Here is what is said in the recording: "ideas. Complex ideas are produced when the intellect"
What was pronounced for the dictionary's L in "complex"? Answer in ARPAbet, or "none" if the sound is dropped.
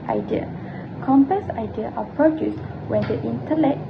none